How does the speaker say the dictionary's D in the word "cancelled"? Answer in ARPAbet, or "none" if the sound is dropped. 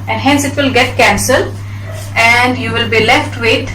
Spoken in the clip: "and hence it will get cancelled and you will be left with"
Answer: none